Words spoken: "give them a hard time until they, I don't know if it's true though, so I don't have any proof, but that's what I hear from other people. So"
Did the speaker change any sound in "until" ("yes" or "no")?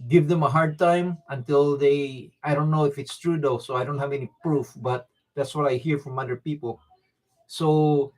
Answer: no